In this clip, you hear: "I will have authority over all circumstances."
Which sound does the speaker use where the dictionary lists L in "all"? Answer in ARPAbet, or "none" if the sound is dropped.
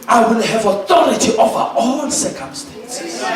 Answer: N